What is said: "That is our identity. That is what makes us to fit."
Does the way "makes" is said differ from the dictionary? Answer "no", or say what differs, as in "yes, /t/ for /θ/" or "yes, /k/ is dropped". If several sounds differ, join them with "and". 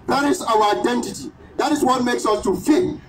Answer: no